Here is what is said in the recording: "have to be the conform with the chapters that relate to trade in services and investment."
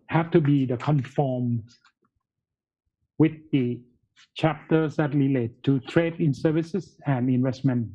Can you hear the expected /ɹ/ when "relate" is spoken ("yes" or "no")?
no